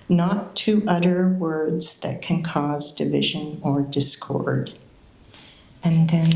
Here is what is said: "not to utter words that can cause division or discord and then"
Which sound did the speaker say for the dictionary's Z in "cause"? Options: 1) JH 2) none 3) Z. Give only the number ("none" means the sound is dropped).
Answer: 3